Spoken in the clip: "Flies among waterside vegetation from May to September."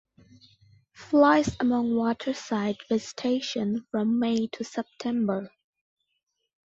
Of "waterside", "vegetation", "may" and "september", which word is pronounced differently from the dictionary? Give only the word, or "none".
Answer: vegetation